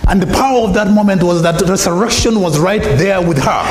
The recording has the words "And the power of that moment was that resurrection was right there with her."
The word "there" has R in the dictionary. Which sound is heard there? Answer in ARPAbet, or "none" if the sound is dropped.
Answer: R